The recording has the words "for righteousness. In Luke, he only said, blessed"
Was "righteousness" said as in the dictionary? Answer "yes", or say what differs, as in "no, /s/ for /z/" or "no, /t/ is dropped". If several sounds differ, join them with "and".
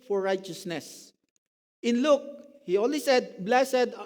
yes